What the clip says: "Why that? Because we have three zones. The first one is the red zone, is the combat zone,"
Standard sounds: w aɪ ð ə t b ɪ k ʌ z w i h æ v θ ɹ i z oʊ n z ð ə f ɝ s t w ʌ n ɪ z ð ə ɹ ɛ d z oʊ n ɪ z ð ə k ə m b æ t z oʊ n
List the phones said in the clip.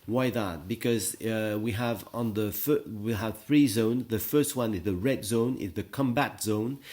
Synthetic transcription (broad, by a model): w aɪ ð ə t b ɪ k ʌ z w i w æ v θ ɹ i z oʊ n z ð ə f ɝ s t w ʌ n ɪ z ð ə ɹ ɛ d z oʊ n ɪ z ð ə k ə m b æ t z oʊ n